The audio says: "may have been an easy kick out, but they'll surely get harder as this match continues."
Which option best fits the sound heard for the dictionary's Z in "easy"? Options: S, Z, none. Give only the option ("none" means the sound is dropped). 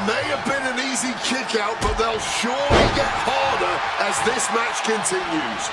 Z